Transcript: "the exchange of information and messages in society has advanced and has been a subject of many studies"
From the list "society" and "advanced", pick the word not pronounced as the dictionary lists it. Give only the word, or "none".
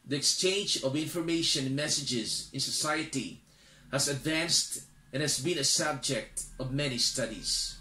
none